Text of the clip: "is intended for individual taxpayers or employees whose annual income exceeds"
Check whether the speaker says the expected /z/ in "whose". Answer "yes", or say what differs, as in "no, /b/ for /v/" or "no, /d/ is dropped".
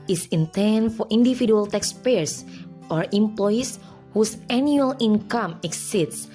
no, /s/ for /z/